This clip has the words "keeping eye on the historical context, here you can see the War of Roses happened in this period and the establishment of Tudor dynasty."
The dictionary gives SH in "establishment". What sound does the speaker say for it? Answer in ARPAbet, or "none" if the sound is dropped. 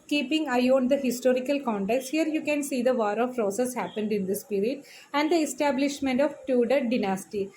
SH